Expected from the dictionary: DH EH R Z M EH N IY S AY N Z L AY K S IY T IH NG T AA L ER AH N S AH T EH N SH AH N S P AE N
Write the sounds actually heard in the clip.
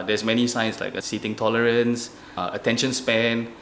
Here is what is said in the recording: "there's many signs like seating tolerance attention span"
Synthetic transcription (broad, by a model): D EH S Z M EH N IY S AY N S L AY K S IY T IH NG T AA L ER AH N S AH T EH N SH AH N S P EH N